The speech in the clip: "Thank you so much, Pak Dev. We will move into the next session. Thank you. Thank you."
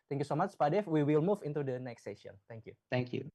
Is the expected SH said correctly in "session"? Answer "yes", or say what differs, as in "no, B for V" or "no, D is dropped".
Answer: no, SH is dropped